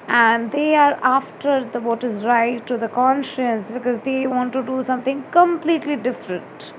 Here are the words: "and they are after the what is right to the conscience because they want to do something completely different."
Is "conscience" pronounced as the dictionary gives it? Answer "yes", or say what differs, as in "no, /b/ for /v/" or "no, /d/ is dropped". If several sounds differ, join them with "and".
yes